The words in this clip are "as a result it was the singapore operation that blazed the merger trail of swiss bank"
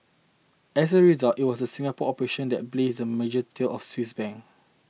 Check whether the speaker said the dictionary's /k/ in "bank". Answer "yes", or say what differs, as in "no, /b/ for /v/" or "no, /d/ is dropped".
no, /k/ is dropped